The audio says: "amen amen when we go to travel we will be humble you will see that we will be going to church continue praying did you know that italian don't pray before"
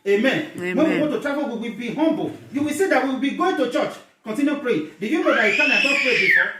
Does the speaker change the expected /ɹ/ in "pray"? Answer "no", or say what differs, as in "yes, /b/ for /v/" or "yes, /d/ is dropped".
yes, /l/ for /ɹ/